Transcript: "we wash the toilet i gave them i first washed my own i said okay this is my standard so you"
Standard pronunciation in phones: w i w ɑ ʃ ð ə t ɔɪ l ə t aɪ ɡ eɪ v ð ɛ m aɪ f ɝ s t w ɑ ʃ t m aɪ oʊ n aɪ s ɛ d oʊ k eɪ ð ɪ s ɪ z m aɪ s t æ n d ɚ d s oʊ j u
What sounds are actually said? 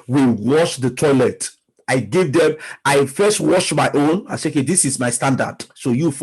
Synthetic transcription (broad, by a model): w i w ɑ ʃ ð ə t ɔɪ l ə t aɪ ɡ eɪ v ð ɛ m aɪ f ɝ s t w ɑ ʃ m aɪ oʊ n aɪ s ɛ oʊ k eɪ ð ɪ s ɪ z m aɪ s t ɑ n d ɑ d s oʊ j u